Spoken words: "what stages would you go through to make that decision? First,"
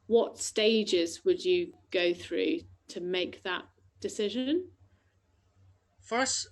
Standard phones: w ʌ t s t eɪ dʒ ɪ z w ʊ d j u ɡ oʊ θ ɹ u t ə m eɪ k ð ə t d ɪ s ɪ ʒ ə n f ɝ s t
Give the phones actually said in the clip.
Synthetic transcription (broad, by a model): w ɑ t s t eɪ dʒ ɪ z w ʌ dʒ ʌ ɡ oʊ θ ɹ u t ə m eɪ k ð ə t d ɪ s ɪ ʒ ə n f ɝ s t